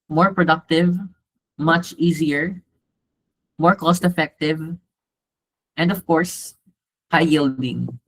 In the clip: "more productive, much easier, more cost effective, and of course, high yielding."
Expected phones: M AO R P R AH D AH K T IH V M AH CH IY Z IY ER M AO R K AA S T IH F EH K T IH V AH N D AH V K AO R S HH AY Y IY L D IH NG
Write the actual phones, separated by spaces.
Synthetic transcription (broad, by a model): M AO R P R AH D AH K T IH V M AH CH IY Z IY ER M AO R K AA S T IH F EH K T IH V AH N D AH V K AO R S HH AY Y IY L D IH NG